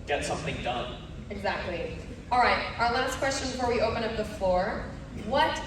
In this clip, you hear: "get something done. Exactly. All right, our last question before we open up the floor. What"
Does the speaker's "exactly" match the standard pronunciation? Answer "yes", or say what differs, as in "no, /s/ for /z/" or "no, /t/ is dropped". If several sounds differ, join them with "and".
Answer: yes